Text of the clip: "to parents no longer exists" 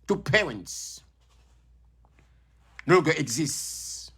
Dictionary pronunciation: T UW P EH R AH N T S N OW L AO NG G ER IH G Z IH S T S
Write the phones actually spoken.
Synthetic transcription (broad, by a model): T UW P EH R AH N T S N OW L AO G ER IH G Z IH S T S